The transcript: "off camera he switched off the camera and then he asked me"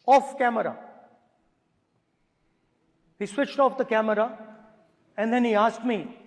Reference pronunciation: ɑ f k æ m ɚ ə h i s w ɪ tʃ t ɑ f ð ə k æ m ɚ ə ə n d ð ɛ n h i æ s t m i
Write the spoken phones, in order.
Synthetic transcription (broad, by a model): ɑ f k æ m ɚ ə h i s w ɪ tʃ t ɑ f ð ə k æ m ɚ ə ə n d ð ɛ n h i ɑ s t m i